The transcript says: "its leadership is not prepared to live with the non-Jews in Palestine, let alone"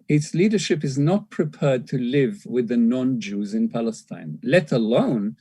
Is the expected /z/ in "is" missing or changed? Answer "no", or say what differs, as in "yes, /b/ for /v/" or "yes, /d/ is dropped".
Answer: no